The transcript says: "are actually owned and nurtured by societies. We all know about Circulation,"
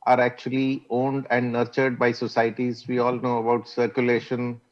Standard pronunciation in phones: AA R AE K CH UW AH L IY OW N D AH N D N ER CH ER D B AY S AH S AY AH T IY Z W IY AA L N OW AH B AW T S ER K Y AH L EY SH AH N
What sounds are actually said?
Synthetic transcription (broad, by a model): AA R AE K CH UW AH L IY OW N D AH N D N ER CH ER D B AY S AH S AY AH T IY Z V IY AA L N OW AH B AW T S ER K Y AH L EY SH AH N